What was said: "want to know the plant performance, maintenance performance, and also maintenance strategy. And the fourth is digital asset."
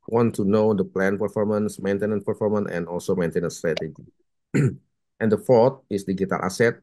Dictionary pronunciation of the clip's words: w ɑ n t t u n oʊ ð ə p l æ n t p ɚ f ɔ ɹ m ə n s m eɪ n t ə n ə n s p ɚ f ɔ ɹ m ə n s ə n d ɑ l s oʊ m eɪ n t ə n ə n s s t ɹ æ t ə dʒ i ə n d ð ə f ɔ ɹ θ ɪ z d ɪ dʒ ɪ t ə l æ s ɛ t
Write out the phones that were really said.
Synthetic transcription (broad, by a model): w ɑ n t t u n oʊ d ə p l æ n p ɚ f ɔ ɹ m ə n s m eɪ n t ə n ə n p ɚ f ɔ ɹ m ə n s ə n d ɑ l s oʊ m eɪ n t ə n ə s s t ɹ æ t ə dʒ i ə n d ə f ɔ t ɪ s d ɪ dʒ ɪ t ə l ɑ s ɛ t